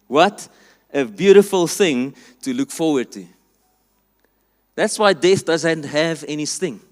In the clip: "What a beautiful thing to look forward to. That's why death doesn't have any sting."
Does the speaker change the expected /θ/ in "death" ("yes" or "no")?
no